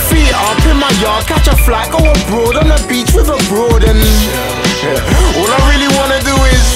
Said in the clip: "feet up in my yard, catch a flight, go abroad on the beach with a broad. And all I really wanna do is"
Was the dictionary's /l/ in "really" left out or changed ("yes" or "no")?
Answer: no